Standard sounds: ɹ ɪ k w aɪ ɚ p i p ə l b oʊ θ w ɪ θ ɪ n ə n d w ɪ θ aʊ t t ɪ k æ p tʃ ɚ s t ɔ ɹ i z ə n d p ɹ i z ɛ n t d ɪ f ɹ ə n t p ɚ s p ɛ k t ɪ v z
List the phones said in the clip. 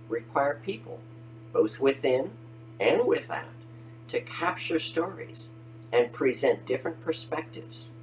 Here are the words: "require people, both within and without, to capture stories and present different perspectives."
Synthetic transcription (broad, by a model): ɹ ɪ k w aɪ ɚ p i p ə l b oʊ θ w ɪ θ ɪ n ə n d w ɪ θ aʊ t t ɪ k æ p tʃ ɚ s t ɔ ɹ i z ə n p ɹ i z ɛ n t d ɪ f ɹ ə n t p ɚ s p ɛ k t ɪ v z